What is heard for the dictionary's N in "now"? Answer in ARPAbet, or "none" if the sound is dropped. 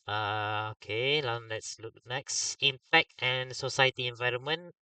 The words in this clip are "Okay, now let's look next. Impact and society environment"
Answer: L